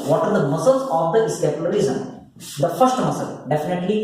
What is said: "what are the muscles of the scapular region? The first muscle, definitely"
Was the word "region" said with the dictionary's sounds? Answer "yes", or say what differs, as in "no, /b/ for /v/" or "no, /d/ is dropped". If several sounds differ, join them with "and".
no, /z/ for /dʒ/